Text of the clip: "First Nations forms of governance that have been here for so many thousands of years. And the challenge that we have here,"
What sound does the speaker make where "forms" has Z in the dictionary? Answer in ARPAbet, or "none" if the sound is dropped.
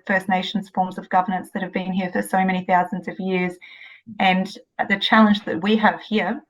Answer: Z